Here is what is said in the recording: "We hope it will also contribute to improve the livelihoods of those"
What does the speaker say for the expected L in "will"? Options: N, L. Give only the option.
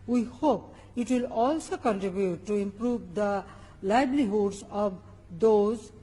L